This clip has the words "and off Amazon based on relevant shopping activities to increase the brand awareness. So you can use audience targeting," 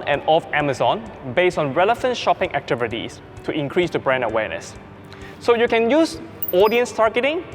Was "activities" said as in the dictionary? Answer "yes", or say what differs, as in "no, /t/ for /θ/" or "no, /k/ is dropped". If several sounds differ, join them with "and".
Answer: no, /s/ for /z/